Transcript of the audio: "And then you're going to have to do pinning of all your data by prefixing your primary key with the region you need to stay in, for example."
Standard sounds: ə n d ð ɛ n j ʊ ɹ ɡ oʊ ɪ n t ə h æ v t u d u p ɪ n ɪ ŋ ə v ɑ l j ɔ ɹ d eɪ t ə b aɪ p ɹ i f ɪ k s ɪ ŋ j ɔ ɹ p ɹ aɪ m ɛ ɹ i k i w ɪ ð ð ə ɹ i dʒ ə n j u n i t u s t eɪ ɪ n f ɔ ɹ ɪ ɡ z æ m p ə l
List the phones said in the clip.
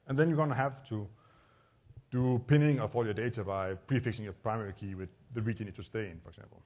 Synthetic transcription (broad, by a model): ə n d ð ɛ n j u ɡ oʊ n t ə h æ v t u d u p ɪ n ɪ ŋ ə f ɑ l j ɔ d eɪ t ə b aɪ p ɹ i f ɪ k s ɪ ŋ j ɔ p ɹ aɪ m ɛ ɹ i k i w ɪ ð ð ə ɹ i dʒ ə n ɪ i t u s t eɪ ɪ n f ɔ ɹ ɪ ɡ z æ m p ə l